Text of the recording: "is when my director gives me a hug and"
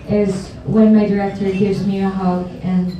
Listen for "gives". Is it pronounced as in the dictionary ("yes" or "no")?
yes